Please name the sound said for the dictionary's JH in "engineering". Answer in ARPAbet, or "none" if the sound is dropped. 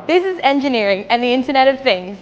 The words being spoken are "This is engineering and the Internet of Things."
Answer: JH